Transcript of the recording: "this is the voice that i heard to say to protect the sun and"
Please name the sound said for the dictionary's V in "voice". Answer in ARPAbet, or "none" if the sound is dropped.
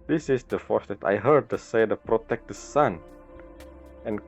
F